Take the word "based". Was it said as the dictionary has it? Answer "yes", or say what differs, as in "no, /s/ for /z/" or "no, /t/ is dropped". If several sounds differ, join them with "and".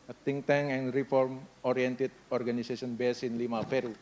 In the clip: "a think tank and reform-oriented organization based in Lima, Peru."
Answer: no, /t/ is dropped